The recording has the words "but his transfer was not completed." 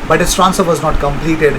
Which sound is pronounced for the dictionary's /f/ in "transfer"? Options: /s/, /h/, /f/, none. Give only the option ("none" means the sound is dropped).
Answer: none